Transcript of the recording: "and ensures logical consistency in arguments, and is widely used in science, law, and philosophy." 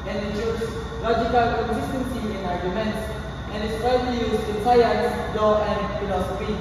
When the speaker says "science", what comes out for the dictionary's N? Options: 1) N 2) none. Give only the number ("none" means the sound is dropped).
2